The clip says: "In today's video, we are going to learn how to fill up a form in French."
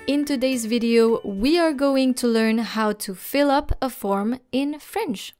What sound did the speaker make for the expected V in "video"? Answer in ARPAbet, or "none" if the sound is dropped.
V